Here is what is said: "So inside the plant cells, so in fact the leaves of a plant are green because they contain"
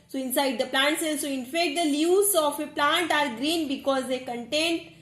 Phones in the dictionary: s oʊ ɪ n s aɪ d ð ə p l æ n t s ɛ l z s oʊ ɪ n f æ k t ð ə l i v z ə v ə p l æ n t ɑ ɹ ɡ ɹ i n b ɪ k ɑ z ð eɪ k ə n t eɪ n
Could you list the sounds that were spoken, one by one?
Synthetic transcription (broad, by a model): s oʊ ɪ n s aɪ d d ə p l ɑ n t s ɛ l s oʊ ɪ n f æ k t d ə l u z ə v ə p l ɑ n t ɑ ɹ ɡ ɹ i n b ɪ k ɑ z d eɪ k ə n t eɪ n